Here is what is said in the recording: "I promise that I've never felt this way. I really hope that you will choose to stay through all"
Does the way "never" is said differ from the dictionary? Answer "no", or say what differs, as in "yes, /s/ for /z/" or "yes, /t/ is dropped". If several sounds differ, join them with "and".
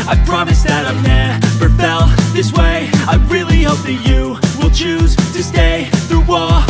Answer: yes, /p/ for /v/